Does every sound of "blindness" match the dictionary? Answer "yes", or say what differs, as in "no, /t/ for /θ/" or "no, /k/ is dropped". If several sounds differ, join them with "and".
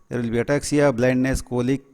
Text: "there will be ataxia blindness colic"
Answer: yes